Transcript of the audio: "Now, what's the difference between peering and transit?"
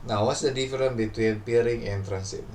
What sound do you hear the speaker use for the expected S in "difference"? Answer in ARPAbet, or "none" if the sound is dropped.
none